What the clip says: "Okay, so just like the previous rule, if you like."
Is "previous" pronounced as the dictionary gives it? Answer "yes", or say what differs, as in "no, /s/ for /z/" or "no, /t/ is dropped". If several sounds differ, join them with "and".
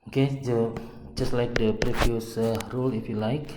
no, /f/ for /v/